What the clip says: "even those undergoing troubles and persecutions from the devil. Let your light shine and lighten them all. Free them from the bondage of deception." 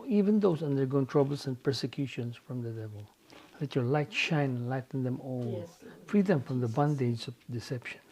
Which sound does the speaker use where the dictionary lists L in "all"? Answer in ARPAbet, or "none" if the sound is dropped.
N